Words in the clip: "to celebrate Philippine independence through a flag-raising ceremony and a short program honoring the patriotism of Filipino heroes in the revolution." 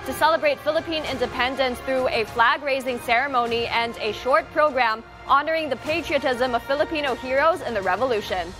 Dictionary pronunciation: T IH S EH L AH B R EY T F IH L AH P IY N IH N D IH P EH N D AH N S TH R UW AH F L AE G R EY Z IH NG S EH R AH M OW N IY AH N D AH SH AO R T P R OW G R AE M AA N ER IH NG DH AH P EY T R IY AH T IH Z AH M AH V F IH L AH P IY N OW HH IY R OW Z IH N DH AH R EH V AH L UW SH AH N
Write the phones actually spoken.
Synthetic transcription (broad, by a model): T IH S EH L AH B R EY T F IH L AH P IY N IH N D IH P EH N D AH N S TH R UW AH F L AE G R EY Z IH NG S EH R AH M OW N IY AH N D AH SH AO R T P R OW G R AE M AA N ER IH NG DH AH P EY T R IY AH T IH Z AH M AH V F IH L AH P IY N OW HH IY R OW Z IH N DH AH R EH V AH L UW SH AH N